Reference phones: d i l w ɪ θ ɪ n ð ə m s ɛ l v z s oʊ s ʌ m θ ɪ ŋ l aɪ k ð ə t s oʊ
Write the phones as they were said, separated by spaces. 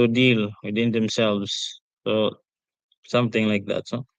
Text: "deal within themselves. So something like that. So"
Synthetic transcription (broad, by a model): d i l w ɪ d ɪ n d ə m s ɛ l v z s oʊ s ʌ m t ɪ ŋ l aɪ k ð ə t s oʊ